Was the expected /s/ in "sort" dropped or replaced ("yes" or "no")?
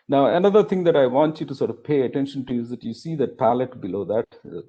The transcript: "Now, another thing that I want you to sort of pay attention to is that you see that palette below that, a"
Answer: no